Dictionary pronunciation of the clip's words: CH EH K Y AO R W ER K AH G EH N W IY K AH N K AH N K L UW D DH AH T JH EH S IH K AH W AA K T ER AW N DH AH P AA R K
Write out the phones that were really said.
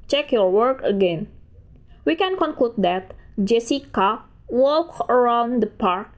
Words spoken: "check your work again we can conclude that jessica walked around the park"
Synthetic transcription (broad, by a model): CH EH K Y AO R W ER K AH G EH N W IY K AH N K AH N K L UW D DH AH T JH EH S IH K AH W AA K ER AW N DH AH P AA R K